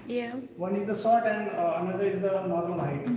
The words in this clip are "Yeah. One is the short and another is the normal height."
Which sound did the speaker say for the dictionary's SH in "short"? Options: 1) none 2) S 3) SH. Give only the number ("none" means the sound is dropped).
2